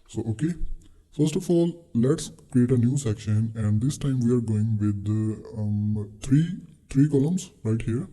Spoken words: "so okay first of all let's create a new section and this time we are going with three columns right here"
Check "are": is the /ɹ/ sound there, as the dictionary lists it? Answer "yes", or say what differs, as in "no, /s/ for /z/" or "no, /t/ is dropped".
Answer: yes